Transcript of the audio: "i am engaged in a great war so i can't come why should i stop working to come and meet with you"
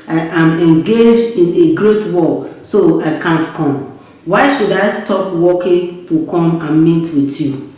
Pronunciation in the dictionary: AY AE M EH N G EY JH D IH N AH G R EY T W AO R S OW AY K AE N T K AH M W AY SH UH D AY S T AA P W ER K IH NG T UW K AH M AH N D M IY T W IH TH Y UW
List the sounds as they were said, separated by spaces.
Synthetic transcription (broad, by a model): AY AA M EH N G EY JH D IH N AH G R EY T W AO L S OW AY K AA N T K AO M W AY SH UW D AY S T AA P W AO K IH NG T UW K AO M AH N M IY T W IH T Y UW